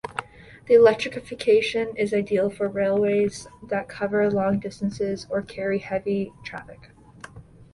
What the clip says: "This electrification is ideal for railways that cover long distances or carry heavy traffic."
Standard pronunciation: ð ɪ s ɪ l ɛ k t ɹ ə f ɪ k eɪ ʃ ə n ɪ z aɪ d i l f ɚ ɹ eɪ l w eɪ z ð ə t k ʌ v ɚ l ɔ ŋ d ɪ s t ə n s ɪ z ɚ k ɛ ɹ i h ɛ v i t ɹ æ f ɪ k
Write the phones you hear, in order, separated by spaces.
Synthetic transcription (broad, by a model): ð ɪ ɪ l ɛ k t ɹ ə f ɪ k eɪ ʃ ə n ɪ z aɪ d i l f ɚ ɹ eɪ l w eɪ z ð ə t k ʌ v ɚ l ɔ ŋ d ɪ s t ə n s ɪ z ɚ k ɛ ɹ i h ɛ v i t ɹ æ f ɪ k